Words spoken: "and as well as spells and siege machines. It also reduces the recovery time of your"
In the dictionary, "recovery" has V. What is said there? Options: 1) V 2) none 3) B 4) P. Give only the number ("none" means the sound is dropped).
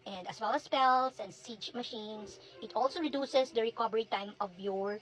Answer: 3